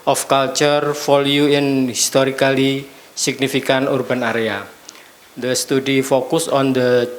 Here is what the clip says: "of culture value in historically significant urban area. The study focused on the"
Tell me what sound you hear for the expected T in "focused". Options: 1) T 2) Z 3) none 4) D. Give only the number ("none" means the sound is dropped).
3